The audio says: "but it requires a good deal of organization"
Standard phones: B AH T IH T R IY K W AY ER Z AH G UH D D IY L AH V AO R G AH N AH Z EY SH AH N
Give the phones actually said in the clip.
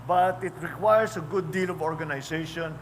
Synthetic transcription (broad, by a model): B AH T IH T R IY K W AY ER S AH G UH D D IY L AH V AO R G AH N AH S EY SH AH N